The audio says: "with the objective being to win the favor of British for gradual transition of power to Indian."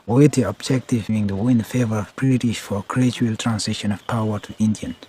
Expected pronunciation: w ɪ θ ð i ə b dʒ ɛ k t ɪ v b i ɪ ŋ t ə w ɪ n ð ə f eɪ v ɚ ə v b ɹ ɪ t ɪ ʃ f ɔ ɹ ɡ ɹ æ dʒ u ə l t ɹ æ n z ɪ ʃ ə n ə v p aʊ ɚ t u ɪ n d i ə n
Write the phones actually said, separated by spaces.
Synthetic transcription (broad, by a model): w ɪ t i ə b dʒ ɛ k t ɪ v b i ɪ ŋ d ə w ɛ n f eɪ v ɚ ə v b ɹ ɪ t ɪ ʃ f ɔ ɹ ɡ ɹ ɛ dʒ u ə l t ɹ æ n s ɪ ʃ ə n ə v p aʊ ɚ t u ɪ n d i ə n